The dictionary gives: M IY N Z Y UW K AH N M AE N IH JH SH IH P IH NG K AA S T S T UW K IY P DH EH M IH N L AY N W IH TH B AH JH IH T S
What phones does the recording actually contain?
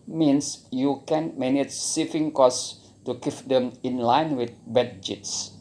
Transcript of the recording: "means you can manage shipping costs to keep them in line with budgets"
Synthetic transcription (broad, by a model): M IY N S Y UW K AH N M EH N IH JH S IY F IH NG K AA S S T UW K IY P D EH M IH N L AY N W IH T B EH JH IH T S